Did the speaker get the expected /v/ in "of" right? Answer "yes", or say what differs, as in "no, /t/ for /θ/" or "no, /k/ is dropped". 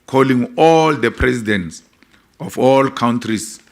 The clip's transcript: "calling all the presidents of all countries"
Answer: no, /f/ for /v/